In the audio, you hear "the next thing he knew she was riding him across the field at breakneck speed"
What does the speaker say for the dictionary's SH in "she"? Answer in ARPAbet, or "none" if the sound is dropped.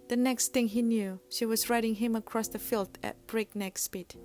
SH